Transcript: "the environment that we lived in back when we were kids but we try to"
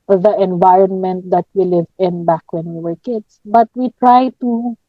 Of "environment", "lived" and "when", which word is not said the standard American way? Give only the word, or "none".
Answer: lived